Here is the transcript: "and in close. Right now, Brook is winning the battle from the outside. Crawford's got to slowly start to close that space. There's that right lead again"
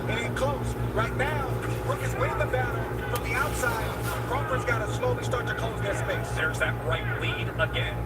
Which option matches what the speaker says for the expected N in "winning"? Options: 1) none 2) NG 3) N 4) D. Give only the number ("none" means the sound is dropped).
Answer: 1